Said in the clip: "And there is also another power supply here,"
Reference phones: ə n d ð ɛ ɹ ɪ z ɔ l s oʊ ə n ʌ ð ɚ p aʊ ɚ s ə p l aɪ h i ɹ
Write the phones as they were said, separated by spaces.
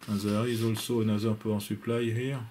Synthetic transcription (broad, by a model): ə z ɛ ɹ ɪ z ɔ l s oʊ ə n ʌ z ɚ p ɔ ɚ s ə p l aɪ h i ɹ